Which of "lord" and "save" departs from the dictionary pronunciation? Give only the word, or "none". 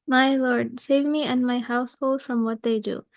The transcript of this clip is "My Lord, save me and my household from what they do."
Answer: none